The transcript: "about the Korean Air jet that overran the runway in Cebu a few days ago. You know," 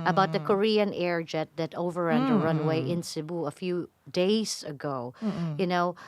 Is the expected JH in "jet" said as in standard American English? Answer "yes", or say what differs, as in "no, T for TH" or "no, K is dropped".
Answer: yes